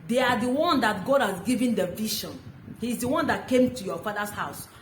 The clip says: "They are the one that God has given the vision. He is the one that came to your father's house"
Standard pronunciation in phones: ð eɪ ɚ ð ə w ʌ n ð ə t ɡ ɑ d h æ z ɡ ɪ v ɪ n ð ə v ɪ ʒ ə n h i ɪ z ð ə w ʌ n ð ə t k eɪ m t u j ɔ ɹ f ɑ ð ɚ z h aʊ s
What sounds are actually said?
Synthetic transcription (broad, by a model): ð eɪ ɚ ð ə w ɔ n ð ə t ɡ ɑ d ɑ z ɡ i v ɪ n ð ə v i ʃ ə n h i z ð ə w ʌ n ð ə t k eɪ m t u j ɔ f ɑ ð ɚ s h aʊ s